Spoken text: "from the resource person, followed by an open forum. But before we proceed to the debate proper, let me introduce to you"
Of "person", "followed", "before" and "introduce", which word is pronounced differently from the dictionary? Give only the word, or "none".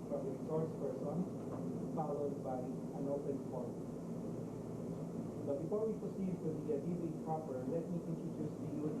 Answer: introduce